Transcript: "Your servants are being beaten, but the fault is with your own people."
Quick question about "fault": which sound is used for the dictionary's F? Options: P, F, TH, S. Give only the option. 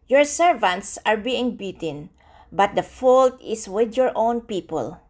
F